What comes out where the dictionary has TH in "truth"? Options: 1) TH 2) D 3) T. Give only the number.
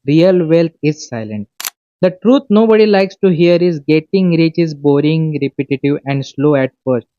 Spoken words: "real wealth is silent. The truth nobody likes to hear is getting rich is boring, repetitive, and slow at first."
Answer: 3